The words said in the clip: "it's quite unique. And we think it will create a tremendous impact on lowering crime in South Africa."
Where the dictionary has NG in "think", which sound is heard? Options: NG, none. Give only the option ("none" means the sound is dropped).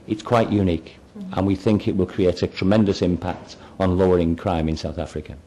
NG